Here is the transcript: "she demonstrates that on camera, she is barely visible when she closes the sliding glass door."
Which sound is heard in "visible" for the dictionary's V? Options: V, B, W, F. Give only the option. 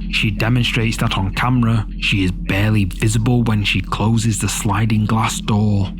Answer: V